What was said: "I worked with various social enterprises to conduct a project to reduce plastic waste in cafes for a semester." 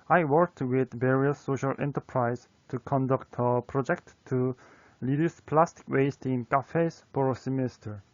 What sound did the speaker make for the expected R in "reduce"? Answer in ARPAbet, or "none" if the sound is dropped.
L